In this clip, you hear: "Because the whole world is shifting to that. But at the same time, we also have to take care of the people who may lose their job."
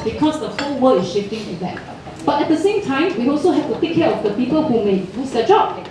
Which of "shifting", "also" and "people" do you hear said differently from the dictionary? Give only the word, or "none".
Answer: none